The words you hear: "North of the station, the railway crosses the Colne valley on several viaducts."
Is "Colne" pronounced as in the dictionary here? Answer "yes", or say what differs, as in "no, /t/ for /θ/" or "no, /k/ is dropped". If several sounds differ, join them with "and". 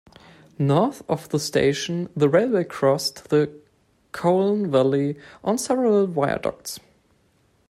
yes